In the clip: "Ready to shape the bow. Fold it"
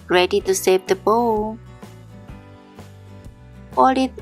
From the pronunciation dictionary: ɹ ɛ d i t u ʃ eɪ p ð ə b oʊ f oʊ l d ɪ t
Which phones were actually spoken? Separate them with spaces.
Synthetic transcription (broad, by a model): ɹ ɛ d i t u s eɪ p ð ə b oʊ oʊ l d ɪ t